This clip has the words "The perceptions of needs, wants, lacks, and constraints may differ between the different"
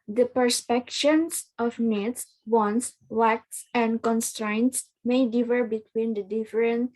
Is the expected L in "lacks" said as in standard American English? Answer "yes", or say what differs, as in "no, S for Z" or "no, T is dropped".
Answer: no, W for L